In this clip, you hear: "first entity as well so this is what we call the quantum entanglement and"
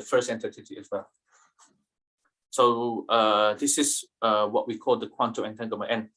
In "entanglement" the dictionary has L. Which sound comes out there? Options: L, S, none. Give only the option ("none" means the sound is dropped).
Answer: none